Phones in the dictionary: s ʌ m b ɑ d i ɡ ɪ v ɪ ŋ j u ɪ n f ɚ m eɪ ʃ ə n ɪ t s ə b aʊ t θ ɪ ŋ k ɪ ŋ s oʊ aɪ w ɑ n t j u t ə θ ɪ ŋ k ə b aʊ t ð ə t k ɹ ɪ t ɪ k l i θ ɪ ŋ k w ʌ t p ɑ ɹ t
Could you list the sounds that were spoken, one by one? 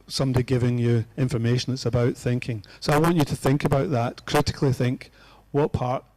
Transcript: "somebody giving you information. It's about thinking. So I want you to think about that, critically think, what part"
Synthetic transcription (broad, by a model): s ʌ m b d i ɡ ɪ v ɪ ŋ j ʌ ɪ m f ɚ m eɪ ʃ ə n ɪ t s ə b aʊ t θ ɪ ŋ k ɪ ŋ s oʊ aɪ w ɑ n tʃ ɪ t ə θ ɪ ŋ k ə b aʊ t ð ə t k ɹ ɪ t ɪ k l i θ ɪ ŋ k w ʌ t p ɑ ɹ t